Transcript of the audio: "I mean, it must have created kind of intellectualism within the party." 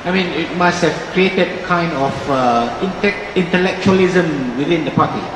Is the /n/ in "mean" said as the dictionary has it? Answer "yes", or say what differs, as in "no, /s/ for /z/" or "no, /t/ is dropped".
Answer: yes